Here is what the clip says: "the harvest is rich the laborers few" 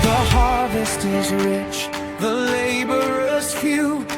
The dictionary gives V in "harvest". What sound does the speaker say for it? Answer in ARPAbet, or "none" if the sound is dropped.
V